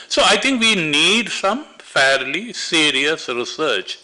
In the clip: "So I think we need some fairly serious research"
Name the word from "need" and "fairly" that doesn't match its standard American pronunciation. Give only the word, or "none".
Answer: none